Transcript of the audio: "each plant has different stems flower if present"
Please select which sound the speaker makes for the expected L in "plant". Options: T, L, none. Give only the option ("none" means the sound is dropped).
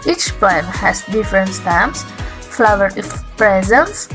none